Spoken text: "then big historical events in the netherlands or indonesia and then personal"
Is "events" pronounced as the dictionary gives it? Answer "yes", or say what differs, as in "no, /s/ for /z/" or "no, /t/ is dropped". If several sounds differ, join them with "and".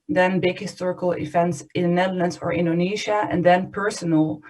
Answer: no, /f/ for /v/